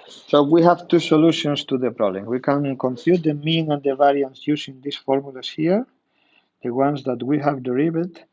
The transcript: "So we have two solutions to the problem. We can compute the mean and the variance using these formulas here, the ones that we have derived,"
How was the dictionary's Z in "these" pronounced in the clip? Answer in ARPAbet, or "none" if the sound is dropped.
S